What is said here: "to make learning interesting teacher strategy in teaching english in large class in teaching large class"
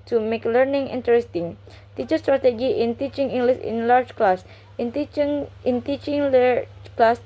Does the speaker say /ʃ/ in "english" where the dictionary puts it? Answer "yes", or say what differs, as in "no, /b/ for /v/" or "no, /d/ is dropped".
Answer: no, /s/ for /ʃ/